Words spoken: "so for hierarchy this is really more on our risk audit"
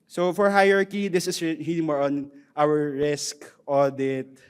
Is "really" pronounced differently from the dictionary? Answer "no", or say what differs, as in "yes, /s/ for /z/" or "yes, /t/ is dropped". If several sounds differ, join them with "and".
yes, /n/ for /l/